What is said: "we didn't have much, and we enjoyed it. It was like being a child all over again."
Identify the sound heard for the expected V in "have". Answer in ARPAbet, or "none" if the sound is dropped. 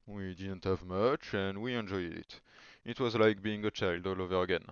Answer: V